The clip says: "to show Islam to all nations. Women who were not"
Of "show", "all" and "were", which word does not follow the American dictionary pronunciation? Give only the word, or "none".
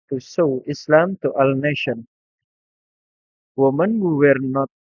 show